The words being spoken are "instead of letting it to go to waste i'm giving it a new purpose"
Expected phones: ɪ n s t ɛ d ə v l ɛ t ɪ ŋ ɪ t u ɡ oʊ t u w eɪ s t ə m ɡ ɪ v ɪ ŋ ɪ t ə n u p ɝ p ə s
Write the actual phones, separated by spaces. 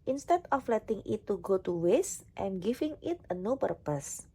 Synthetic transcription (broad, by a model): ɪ n s t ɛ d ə f l ɛ t ɪ ŋ ɪ t u ɡ oʊ t u w eɪ s t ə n ɡ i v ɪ ŋ ɪ t ə n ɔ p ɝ p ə s